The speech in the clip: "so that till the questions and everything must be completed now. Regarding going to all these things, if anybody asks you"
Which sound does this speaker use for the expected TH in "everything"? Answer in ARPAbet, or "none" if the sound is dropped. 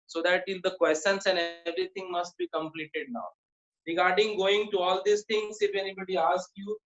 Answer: T